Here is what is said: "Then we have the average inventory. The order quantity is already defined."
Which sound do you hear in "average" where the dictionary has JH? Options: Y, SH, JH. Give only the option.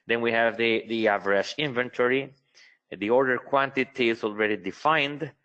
SH